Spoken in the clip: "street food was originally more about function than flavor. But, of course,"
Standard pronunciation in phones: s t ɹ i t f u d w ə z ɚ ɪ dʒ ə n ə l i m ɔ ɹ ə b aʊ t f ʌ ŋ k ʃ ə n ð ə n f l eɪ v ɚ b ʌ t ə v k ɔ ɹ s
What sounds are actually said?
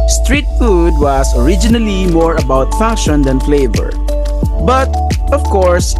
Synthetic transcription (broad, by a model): s t ɹ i t f u d w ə s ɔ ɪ dʒ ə n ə l i m ɔ ɹ ə b aʊ t f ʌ ŋ k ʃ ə n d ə n f l eɪ v ɚ b ʌ t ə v k ɔ ɹ s